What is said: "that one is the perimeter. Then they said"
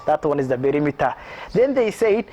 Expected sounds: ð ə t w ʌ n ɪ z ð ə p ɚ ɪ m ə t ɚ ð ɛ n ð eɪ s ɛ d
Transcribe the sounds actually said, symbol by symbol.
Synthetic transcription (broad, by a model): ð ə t w ʌ n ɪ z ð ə b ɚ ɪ m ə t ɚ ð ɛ n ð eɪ s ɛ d